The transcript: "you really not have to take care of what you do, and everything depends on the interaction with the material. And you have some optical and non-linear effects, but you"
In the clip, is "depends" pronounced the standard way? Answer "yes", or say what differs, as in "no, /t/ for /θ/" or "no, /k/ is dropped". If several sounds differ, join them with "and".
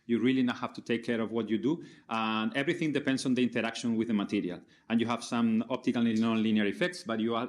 no, /s/ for /z/